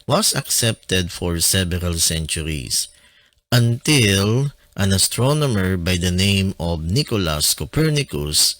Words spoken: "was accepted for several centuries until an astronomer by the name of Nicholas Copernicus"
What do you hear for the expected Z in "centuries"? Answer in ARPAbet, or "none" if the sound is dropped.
S